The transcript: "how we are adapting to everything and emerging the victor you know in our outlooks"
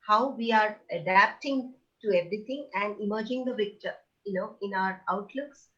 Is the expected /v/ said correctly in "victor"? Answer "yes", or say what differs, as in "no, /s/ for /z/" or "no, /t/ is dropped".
no, /p/ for /v/